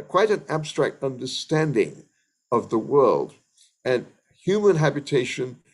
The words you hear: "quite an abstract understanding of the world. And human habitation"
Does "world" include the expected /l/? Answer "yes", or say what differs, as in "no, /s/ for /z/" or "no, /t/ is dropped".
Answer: yes